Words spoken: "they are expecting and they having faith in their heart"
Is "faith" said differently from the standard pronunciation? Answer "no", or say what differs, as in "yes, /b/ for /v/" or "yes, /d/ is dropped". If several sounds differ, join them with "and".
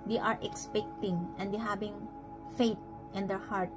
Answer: yes, /t/ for /θ/